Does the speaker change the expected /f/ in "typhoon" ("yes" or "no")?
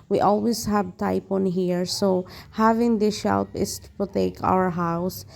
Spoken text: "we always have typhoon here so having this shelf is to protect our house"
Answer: yes